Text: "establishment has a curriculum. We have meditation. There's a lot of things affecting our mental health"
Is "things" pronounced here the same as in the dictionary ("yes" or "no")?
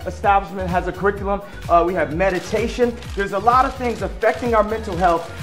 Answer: yes